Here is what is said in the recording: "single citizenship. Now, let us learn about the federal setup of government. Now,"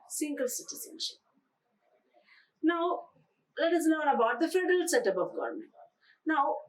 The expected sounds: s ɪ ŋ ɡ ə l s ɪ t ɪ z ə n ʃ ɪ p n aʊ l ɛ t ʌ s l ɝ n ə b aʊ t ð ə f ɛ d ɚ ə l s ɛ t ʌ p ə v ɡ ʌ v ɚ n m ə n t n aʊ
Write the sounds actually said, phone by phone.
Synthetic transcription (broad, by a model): s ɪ ŋ ɡ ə l s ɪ t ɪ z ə n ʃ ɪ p n aʊ l ɛ t ʌ s n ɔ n ə b aʊ t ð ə f ɛ d ɚ ə l s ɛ t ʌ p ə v ɡ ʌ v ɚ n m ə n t n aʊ